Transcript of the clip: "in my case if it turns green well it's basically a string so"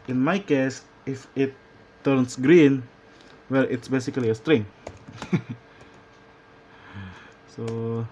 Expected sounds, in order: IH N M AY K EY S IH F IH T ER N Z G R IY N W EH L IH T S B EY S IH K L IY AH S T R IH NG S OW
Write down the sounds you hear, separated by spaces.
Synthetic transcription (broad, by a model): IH N M AY K EY S IH F IH T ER N S G R IY N W EH L IH T S B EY S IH K L IY AH S T R IH NG S OW